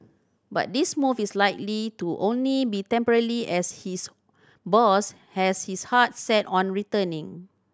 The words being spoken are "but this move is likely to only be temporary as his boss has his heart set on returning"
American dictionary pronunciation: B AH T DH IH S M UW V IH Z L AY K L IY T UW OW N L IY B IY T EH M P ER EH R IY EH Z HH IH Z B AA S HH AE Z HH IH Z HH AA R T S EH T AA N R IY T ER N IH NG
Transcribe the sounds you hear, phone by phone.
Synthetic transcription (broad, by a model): B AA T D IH S M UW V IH S L AY K L IY T UW OW N L IY B IY T EH M P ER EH L IY EH S HH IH S B AA S HH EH S HH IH S HH AA T S EH T AA N R IY T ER N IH NG